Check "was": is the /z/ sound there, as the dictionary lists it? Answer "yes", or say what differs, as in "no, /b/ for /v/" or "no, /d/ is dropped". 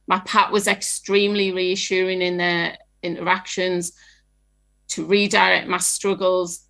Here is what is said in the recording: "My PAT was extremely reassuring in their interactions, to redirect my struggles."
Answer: yes